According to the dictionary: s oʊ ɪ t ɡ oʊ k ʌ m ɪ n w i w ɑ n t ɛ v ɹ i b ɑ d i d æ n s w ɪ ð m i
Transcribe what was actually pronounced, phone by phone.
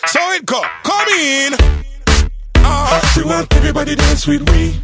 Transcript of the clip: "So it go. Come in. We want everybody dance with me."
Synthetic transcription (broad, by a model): s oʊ ɪ t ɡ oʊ k ʌ m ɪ n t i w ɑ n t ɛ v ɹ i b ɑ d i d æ s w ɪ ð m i